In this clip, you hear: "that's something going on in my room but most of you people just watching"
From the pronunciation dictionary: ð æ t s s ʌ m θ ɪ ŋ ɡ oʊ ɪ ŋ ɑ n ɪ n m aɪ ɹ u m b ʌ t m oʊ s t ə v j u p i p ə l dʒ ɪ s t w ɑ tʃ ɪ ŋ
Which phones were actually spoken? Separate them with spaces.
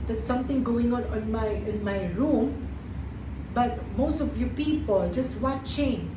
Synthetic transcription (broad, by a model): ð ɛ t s s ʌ m t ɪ ŋ ɡ oʊ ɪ ŋ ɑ n ɪ n m aɪ ɹ u m b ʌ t m oʊ s t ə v j u p i p ə l dʒ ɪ s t w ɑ tʃ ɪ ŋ